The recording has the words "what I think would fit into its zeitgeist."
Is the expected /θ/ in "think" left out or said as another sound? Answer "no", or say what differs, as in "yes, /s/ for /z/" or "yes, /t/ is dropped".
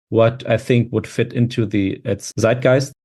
no